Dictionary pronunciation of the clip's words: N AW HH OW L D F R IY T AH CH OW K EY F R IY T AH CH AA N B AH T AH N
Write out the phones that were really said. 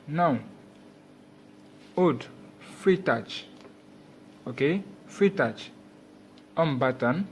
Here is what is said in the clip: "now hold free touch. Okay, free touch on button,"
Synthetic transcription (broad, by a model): N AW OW D F R IY T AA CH OW K EY F R IY T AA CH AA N B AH T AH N